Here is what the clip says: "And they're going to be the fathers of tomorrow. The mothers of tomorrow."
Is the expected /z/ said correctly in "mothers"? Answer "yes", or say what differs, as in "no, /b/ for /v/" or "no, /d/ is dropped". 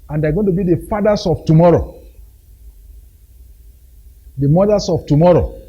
no, /s/ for /z/